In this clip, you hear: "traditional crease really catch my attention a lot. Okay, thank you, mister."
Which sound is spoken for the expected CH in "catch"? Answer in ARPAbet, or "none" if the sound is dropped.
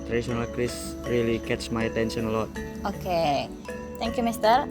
S